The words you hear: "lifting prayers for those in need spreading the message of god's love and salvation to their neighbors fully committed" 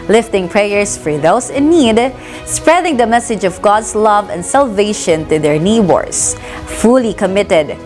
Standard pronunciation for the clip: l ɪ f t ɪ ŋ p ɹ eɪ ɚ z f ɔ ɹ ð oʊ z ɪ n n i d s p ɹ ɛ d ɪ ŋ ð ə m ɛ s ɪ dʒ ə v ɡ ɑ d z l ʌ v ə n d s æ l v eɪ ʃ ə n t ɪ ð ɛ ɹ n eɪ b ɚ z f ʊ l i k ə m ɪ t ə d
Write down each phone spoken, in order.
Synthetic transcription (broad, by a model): l ɪ f t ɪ ŋ p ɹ eɪ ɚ s f ɔ ɹ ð oʊ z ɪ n n i d s p ɹ ɛ d ɪ ŋ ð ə m ɛ s ɪ dʒ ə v ɡ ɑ d s l ʌ v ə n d s æ l v eɪ ʃ ə n t ɪ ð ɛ ɹ n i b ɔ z f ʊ l i k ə m ɪ t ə d